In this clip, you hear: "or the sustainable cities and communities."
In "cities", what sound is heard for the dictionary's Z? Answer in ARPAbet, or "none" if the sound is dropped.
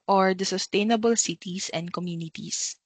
S